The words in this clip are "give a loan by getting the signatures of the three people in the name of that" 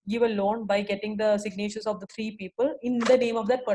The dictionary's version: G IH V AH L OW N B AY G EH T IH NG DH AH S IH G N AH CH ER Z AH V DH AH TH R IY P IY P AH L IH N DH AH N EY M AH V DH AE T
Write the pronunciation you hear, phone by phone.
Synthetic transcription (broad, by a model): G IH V AH L OW N B AY G EH T IH NG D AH S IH G N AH CH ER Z AH V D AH T R IY P IY P AH L IH N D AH N EY M AH V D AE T